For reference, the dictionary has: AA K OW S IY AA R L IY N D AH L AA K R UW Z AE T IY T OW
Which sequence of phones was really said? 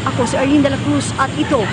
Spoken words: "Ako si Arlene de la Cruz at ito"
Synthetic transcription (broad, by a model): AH K OW S IY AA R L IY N D AH L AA K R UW S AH T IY T OW